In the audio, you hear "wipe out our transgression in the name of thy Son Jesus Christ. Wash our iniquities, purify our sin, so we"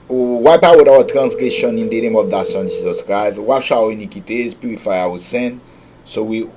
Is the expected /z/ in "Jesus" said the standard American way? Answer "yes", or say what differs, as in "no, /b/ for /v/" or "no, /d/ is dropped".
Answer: no, /s/ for /z/